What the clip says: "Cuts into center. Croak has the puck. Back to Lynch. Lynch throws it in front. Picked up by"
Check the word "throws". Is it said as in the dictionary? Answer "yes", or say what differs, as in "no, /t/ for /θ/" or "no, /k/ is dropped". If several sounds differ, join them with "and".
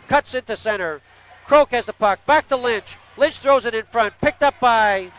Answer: yes